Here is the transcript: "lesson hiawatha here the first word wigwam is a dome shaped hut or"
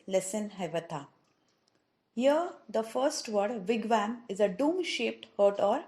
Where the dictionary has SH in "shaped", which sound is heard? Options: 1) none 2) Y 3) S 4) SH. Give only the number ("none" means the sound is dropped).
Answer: 4